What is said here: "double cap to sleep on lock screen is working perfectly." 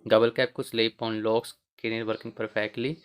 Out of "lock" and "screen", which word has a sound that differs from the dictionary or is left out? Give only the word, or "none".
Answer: screen